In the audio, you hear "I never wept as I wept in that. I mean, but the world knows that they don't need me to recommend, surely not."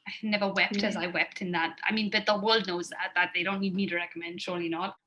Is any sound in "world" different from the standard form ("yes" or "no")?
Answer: no